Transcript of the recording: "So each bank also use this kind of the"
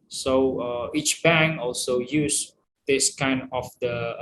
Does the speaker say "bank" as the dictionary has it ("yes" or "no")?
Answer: no